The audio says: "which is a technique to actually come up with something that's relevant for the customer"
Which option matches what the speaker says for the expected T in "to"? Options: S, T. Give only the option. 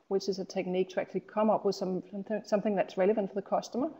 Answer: T